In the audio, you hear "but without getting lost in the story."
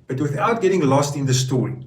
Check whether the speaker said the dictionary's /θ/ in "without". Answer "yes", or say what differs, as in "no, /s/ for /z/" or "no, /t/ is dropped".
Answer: yes